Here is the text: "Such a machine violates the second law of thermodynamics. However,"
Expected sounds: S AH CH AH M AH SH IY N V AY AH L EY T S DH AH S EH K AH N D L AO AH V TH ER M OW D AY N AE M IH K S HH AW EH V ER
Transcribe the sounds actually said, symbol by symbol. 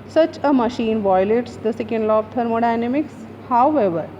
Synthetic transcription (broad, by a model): S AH CH AH M AH SH IY N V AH L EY T S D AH S EH K AH N D L AO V T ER M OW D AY N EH M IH K S HH AW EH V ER